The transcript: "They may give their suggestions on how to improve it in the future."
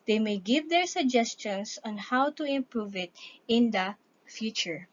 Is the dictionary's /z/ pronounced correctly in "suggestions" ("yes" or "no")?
no